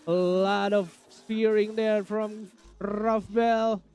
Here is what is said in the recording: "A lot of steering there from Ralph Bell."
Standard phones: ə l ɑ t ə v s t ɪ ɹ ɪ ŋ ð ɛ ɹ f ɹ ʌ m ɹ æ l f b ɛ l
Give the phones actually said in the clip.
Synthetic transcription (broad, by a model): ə l ɑ t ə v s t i ɹ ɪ ŋ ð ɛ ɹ f ɹ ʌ m ɹ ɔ f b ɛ l